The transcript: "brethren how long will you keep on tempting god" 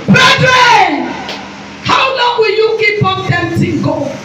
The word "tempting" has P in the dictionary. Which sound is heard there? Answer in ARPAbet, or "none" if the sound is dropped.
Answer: none